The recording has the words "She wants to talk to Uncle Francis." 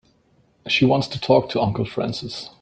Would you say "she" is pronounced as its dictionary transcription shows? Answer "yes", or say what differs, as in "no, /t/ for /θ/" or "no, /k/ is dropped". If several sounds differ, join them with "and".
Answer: yes